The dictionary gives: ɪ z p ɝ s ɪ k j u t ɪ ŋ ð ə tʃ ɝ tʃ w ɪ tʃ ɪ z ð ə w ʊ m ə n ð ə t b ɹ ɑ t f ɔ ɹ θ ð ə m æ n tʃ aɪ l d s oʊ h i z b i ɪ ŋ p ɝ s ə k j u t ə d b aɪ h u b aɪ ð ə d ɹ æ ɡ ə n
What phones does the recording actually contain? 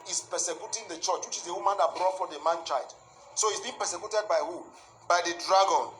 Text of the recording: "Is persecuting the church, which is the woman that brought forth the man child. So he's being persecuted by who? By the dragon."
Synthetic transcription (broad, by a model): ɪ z p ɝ s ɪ k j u t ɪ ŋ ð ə tʃ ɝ tʃ w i tʃ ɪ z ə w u m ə n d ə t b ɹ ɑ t f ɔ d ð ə m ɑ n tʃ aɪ d s oʊ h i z b i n p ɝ s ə k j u t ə d b aɪ h u b aɪ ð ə d ɹ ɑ ɡ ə n